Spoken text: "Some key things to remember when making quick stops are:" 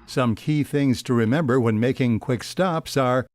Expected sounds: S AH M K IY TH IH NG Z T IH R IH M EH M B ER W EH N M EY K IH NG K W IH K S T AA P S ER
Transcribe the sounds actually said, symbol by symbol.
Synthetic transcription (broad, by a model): S AH M K IY TH IH NG Z T IH R IH M EH M B ER W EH N M EY K IH NG K W IH K S T AA P S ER